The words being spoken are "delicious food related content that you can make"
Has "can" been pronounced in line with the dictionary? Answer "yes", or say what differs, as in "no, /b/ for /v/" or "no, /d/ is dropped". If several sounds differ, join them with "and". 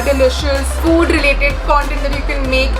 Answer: no, /l/ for /n/